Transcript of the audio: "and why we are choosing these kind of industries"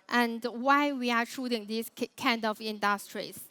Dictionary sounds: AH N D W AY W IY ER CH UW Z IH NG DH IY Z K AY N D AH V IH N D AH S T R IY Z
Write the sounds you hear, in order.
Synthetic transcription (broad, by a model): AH N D W AY W IY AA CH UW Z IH NG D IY S K AY N D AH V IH N D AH S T R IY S